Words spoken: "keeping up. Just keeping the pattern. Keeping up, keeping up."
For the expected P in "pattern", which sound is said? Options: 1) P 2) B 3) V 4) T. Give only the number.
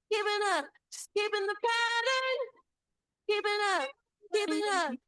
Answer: 1